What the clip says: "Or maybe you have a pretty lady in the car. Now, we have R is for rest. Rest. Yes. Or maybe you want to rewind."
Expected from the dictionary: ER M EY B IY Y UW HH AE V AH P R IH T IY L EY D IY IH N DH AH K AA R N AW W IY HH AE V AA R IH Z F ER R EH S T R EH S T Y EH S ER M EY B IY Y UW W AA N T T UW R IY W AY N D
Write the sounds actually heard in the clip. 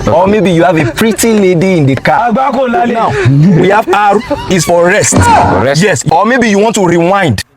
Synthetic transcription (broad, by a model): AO M EY B IY Y UW HH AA V AH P R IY T IY L EY D IY IH N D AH K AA L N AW W IY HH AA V AA R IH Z F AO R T R EH S T Y EH S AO M EY B IY Y UW W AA N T T UW R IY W AY N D